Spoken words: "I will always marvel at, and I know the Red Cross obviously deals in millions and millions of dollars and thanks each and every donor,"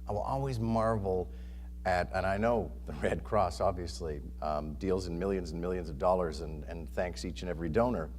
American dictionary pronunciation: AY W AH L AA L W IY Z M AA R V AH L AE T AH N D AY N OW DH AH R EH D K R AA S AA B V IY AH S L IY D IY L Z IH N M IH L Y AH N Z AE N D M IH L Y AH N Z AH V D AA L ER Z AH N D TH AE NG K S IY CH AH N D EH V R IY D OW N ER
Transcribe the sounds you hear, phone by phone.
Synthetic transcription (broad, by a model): AY W AH L AA L W IY Z M AA R V L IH T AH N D AY N OW DH AH R EH D K R AA S AA B V IY AH S L IY D IY L Z IH N M IH L Y AH N Z N M IH L Y AH N Z AH V D AA L ER Z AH N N TH AE NG K S IY CH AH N EH V R IY D OW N ER